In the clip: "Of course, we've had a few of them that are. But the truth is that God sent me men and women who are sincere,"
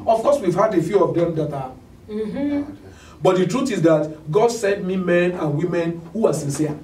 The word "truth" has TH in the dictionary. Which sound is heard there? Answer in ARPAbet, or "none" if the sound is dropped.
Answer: T